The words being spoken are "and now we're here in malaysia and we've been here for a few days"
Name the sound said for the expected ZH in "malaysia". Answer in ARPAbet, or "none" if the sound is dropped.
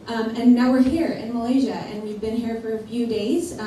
ZH